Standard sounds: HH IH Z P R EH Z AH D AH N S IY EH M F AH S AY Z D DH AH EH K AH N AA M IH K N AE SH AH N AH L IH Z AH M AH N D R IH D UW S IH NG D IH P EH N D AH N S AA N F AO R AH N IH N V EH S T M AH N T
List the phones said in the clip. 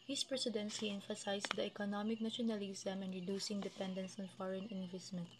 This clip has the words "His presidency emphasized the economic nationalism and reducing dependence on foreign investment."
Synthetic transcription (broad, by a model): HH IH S P R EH S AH D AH N S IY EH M F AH S AY S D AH EH K AH N AA M IH K N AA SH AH N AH L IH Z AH M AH N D R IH D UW S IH NG D IH P EH N D AH N S AA N F AO R AH N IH N V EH S T M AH N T